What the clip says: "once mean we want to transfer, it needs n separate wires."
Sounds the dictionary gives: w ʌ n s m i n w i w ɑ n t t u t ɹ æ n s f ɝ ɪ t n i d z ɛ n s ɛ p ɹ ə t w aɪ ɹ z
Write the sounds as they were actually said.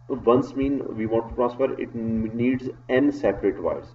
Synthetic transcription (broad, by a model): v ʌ n s m i n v i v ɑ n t t u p ɹ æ s p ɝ ɪ t n i d z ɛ n s ɛ p ɹ ə t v aɪ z